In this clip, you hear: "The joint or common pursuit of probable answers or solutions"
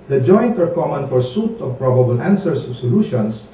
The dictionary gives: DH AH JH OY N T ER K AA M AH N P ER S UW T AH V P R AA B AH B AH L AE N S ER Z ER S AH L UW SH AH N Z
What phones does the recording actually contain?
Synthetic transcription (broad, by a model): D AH JH OY N T ER K AA M AH N F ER S UW T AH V P R AA B AH B AH L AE N S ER S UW S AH L UW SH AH N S